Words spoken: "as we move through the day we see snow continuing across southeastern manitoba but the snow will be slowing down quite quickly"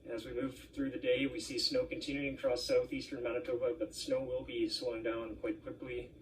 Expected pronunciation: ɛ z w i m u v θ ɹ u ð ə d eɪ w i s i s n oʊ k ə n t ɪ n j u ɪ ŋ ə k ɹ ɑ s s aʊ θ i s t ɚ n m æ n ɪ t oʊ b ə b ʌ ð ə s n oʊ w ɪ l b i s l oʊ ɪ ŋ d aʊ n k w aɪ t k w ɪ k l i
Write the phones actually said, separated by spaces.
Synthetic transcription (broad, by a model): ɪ z w i m u v θ ɹ u ð ə d eɪ w i s i s n oʊ k ə n t ɪ n j u ɪ ŋ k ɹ ɑ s s aʊ θ i s t ɚ n m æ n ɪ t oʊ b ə b ʌ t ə s n oʊ w ɪ l b i s w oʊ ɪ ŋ d aʊ n k w aɪ t k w ɪ k l i